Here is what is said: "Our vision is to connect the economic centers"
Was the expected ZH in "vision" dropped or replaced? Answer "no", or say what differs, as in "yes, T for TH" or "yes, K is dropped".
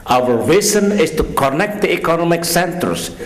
yes, Z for ZH